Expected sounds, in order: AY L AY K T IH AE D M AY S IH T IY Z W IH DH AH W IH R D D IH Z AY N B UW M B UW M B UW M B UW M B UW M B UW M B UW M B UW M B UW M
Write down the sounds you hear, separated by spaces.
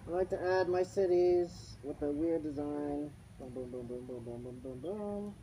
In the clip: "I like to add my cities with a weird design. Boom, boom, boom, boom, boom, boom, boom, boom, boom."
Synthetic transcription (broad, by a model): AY L AY K T IH AE D M AY S IH T IY Z W IH DH AH W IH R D D IH Z AY N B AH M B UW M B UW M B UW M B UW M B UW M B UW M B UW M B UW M